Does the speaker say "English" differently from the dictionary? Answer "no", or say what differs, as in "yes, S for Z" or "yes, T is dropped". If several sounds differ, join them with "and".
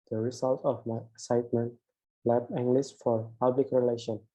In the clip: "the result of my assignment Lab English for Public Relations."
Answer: yes, S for SH